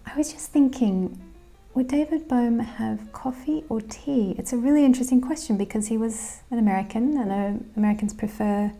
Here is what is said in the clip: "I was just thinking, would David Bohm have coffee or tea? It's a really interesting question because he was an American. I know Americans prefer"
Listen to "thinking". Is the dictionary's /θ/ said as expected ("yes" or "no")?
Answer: yes